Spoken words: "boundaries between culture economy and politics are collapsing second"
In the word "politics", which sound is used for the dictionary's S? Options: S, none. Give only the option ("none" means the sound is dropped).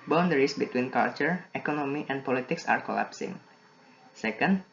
S